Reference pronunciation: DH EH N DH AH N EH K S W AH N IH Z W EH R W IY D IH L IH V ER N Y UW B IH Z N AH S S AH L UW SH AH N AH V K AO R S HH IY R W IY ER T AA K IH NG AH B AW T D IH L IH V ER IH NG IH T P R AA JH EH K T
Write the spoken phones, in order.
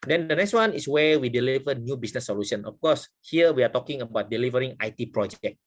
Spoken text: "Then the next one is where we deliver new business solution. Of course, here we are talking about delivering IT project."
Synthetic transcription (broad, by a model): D EH N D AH N EH K S W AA N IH S W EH W IY D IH L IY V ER N Y UW B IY S N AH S S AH L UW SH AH N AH F K AO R S HH IY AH W IY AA T AA K IH NG AH B AW T D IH L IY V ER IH NG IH T P R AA JH EH K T